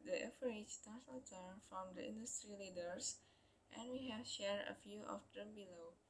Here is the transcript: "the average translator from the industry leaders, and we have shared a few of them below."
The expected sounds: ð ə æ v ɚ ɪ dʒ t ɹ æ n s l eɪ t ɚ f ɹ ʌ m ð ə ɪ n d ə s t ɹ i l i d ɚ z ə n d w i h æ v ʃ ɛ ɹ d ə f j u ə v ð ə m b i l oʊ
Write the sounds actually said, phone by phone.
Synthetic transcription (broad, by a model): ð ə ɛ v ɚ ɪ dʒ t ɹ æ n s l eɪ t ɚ f ɹ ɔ m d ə ɪ n d ə s t ɹ i l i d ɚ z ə n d w i h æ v ʃ ɛ ɹ d ə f j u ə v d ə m b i l oʊ